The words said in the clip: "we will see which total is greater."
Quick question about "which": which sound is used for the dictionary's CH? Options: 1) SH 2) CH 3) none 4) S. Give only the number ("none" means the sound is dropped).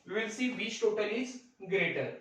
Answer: 4